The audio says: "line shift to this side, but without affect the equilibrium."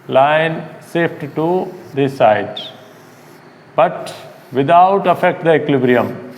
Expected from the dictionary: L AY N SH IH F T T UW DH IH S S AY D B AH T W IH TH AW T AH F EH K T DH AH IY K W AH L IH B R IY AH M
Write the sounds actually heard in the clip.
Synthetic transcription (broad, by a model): L AY N S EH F T T UW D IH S S AY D B AH T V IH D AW T AH F EH K T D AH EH K L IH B R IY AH M